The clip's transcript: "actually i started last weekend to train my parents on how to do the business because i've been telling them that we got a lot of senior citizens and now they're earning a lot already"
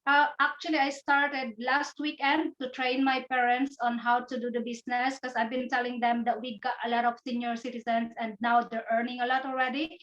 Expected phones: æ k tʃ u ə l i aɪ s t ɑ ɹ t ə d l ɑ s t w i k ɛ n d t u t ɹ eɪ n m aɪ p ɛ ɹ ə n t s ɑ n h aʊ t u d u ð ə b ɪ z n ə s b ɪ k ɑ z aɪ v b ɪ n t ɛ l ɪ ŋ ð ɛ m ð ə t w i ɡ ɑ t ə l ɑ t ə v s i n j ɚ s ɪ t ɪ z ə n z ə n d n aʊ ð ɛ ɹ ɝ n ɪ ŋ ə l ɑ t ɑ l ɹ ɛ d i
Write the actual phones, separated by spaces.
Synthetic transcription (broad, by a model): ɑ k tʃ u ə l i aɪ s t ɑ ɹ t ə d l ɑ s t w i k ɛ n d t u t ɹ eɪ n m aɪ p ɛ ɹ ə n t s ɑ n h aʊ t u d u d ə b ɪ s n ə s k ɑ s aɪ v b ɪ n t ɛ l ɪ ŋ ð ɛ m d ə t w i ɡ ɑ t ə l ɑ t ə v s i n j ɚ s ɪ t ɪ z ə n s ə n d n aʊ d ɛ ɹ ɝ n ɪ ŋ ə l ɑ t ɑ l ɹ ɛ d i